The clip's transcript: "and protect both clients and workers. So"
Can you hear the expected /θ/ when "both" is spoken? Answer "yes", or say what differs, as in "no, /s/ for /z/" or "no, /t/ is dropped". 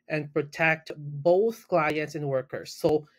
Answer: yes